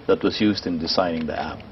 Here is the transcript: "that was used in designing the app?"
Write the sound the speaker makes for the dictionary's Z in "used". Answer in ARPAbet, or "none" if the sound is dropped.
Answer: Z